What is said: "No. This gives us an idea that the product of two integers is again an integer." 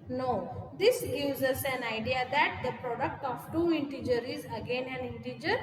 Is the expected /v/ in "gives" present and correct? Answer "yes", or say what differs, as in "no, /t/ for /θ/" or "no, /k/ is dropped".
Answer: no, /v/ is dropped